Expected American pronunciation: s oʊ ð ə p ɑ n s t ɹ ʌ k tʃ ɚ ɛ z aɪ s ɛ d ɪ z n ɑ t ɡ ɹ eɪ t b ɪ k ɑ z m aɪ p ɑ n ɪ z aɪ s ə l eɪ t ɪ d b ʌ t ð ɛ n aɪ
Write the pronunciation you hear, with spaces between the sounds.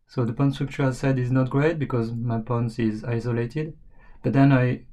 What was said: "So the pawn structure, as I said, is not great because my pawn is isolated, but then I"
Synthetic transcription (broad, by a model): s oʊ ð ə p ɑ n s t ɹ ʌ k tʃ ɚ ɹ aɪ s ɛ d ɪ z n ɑ t ɡ ɹ eɪ t b ɪ k ɑ z m aɪ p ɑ n ɪ z aɪ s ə l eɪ t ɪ d b ʌ t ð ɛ n aɪ